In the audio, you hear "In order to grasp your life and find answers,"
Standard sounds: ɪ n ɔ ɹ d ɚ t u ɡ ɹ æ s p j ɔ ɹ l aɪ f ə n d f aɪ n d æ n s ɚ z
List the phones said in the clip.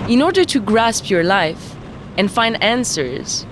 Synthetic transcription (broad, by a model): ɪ n ɔ ɹ d ɚ t u ɡ ɹ æ s p j ɔ ɹ l aɪ f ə n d f aɪ n d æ n s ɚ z